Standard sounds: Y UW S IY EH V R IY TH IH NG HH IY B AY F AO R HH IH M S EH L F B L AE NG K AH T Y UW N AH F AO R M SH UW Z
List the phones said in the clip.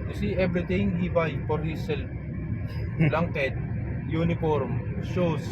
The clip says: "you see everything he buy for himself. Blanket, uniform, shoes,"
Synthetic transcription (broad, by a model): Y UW S IY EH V R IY T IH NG HH IY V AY F AO R HH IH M S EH L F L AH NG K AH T Y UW N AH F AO R M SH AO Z